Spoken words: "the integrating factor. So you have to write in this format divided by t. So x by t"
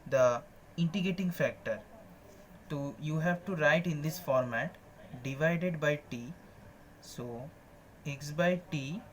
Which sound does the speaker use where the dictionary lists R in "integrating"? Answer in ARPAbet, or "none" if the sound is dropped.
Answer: none